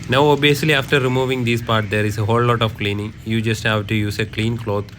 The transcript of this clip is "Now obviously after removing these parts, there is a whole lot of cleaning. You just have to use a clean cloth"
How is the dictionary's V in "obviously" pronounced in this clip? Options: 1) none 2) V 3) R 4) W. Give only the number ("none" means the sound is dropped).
1